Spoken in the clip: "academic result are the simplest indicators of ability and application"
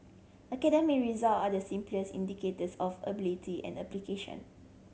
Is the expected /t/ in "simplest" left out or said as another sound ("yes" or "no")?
yes